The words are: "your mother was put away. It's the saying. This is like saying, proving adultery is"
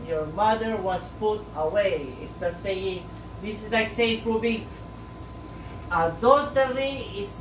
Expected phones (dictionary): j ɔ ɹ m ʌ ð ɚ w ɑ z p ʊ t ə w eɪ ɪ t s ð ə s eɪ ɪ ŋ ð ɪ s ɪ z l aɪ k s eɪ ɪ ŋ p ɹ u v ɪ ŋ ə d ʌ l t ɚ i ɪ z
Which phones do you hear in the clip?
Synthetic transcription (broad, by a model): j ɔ ɹ m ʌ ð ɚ w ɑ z p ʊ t ə w eɪ ɪ t s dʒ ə s eɪ ɪ ŋ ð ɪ s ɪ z l aɪ k s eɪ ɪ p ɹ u b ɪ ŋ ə d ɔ t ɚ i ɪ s